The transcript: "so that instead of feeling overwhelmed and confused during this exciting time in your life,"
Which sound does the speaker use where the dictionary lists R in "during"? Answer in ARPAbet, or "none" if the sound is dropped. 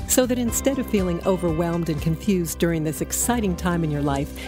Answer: R